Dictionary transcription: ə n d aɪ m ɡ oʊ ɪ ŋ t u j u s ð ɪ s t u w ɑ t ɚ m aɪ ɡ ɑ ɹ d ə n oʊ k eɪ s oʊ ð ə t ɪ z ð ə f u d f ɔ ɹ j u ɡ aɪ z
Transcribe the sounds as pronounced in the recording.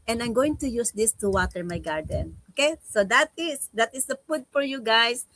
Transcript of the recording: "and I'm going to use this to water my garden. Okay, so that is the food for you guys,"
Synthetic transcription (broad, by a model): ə n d aɪ m ɡ oʊ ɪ ŋ t u j u s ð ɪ s t u w ɑ t ɚ m aɪ ɡ ɑ ɹ d ə n oʊ k eɪ s oʊ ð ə t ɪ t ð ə p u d f ɔ ɹ j u ɡ aɪ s